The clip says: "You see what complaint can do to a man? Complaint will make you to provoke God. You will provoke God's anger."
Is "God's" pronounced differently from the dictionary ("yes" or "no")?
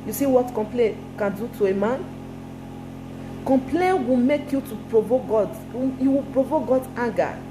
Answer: yes